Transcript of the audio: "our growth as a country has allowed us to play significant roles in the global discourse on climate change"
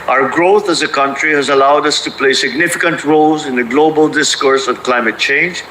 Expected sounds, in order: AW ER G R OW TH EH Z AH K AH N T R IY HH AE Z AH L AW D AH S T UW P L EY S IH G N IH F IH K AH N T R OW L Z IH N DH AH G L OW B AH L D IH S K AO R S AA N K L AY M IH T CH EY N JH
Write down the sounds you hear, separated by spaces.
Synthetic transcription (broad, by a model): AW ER G R OW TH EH Z AH K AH N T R IY HH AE Z AH L AW D AH S T UW P L EY S IH G N IH F IH K AH N T R OW L Z IH N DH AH G L OW B AH L D IH S K AO R S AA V K L AY M IH T CH EY N JH